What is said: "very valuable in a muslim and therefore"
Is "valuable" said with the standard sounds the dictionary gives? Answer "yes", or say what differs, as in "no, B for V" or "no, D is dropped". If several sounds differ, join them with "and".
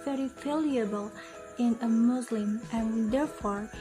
no, F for V